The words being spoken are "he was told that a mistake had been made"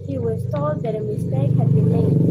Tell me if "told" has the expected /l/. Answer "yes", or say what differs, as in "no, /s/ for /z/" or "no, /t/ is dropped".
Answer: no, /l/ is dropped